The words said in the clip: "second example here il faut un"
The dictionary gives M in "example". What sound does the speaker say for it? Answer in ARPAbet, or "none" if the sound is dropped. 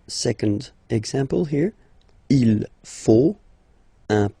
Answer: M